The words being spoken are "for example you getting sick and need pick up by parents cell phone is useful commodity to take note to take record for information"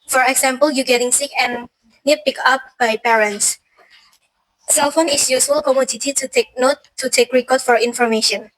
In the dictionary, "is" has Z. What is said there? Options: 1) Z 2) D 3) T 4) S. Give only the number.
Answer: 4